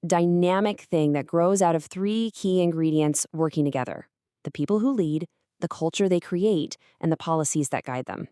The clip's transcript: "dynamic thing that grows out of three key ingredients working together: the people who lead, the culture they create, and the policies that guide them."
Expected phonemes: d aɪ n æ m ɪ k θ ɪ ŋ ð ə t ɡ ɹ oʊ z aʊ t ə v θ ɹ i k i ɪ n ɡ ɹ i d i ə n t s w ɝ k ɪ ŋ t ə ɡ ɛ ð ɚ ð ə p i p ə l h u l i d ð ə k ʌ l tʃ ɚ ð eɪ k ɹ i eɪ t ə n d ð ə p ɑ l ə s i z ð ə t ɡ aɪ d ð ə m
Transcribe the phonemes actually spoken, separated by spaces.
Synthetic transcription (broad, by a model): d aɪ n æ m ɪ k θ ɪ ŋ ð ə t ɡ ɹ oʊ z aʊ t ə v θ ɹ i k i ɪ n ɡ ɹ i d i ə n t s w ɝ k ɪ ŋ t ə ɡ ɛ ð ɚ ð ə p i p l h u l i d ð ə k ʌ l tʃ ɚ ð eɪ k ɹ i eɪ t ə n ð ə p ɑ l ə s i z ð ə t ɡ aɪ d ð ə m